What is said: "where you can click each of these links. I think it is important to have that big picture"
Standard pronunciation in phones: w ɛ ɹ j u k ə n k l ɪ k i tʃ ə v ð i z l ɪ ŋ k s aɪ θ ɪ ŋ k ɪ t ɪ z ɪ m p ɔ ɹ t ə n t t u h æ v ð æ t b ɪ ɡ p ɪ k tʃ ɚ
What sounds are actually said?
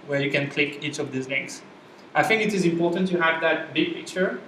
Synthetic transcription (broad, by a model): w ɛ ɹ j u k ə n k l ɪ k i tʃ ə v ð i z n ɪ k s aɪ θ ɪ ŋ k ɪ t ɪ z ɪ m p ɔ ɹ t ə n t t u h æ v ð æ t b ɪ ɡ p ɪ k tʃ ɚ